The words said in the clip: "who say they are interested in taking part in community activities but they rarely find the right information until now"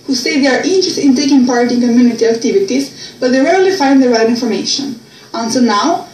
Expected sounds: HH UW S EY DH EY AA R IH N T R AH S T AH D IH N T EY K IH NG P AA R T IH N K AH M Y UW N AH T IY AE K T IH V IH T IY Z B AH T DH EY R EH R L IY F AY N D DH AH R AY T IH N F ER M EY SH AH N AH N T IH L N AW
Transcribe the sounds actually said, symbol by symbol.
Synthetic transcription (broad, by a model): HH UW S EY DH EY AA R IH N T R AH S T IH N T EY K IH NG P AA R T IH N K AH M Y UW N AH T IY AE K T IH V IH T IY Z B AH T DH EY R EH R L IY F AY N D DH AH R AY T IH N F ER M EY SH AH N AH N S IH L N AW